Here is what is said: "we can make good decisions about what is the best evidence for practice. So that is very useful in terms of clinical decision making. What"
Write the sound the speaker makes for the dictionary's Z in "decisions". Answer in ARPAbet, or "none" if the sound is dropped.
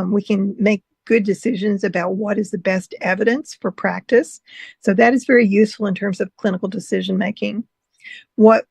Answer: Z